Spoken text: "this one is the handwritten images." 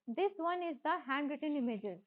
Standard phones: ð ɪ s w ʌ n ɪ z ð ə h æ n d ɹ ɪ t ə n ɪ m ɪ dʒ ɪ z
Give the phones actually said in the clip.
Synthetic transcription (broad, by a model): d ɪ s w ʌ n ɪ z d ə h æ n d ɹ ɪ t ə n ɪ m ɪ dʒ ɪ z